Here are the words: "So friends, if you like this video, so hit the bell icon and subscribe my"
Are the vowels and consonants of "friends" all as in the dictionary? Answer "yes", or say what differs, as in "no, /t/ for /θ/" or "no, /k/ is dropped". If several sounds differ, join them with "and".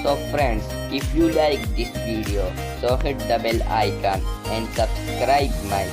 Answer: no, /s/ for /z/